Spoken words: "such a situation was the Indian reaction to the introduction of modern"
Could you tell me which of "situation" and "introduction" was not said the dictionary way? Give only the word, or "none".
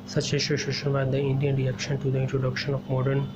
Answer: situation